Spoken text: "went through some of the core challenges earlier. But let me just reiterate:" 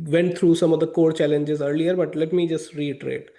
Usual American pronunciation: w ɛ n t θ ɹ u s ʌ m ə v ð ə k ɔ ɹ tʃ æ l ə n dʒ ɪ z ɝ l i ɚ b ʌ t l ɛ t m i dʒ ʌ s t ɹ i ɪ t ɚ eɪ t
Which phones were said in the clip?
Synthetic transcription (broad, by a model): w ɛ n t t ɹ u s ʌ m ə v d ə k ɔ ɹ tʃ æ l ə n dʒ ɪ z ɝ l i ɚ b ʌ t l ɛ t m i dʒ ʌ s t ɹ i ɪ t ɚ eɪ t